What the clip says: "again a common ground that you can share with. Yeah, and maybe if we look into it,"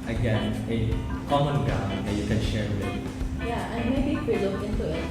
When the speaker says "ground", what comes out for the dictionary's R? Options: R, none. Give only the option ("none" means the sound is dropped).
none